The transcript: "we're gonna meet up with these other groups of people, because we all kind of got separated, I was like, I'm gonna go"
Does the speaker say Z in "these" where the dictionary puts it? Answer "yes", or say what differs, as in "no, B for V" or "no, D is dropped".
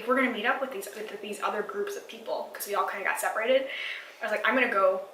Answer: yes